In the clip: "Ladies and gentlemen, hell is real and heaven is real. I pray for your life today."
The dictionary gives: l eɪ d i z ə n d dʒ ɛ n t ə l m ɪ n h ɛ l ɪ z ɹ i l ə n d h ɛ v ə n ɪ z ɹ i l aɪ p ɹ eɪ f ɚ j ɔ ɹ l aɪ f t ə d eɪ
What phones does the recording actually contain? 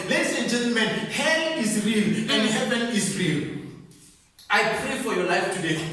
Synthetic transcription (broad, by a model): l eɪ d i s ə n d dʒ ɛ n t ə l m ɪ n h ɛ n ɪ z ɹ i l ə n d h ɛ v ə n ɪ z ɹ i l aɪ p ɹ eɪ f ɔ j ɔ l aɪ f t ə d eɪ